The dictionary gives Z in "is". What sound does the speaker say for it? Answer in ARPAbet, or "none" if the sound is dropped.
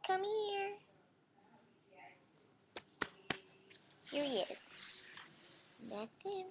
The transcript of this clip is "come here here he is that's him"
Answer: S